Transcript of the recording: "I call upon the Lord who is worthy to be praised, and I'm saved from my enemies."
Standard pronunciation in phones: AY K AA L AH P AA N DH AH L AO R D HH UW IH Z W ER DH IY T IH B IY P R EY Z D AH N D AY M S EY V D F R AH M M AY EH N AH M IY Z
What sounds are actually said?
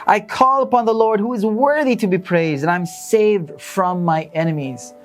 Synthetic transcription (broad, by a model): AY K AA L AH P AA N DH AH L AO R D HH UW IH Z W ER DH IY T IH B IY P R EY Z D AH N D AY M S EY V D F R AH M M AY EH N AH M IY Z